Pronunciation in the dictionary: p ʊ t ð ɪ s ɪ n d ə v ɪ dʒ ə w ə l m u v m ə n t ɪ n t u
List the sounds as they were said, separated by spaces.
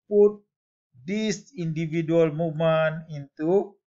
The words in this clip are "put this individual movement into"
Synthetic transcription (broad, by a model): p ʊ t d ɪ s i n d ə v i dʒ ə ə l m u m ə n ɪ n t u